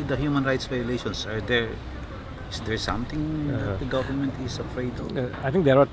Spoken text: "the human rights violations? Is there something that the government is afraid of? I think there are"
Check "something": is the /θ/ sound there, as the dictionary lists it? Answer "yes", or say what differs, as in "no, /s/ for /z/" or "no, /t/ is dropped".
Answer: no, /t/ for /θ/